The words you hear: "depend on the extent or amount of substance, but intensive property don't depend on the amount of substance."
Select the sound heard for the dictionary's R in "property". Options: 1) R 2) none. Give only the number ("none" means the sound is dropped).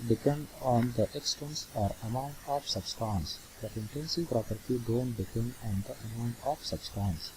1